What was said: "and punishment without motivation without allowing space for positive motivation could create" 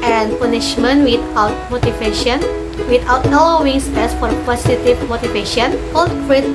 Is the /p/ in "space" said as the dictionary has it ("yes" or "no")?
no